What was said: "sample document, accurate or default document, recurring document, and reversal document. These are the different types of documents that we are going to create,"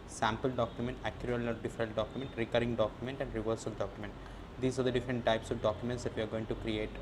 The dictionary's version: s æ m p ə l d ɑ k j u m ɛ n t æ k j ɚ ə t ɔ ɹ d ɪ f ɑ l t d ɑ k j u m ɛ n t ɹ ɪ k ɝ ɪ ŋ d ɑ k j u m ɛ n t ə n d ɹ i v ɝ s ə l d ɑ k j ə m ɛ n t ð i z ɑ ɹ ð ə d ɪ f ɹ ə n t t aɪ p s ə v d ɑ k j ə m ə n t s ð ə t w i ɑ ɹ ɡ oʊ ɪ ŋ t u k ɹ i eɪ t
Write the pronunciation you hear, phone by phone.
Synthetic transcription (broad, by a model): s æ m p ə l d ɑ k j u m ɛ n t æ k j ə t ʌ l d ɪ f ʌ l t d ɑ k j u m ɛ n t ɹ ɪ k ɝ ɪ ŋ d ɑ k j u m ɛ n t ə n d ɹ i v ɝ s ə l d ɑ k j m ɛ n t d i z ɑ ɹ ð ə d ɪ f ɹ ə n t t aɪ p s ə v d ɑ k j ə m ə n t s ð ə t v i ɑ ɹ ɡ oʊ ɪ ŋ t u k ɹ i eɪ t